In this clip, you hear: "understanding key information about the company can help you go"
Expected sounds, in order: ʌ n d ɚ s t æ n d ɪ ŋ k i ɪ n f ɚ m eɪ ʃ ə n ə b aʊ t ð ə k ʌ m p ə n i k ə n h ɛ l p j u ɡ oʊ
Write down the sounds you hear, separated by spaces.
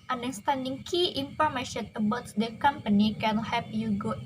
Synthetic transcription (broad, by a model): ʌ n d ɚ s t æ n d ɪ ŋ k i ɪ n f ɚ m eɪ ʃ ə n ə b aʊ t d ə k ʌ m p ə n i k ə n h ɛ p j u ɡ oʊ